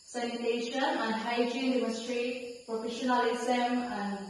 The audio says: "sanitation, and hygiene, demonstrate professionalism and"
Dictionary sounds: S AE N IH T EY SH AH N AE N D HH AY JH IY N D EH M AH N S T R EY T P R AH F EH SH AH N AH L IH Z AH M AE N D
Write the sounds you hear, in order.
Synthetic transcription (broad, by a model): S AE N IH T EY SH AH N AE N D HH AY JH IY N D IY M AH S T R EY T P R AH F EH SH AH N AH L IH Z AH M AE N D